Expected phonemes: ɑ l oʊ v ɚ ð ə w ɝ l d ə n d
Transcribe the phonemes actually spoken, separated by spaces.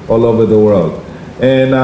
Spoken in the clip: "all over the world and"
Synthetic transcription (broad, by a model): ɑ l oʊ v ɚ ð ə w ɝ l d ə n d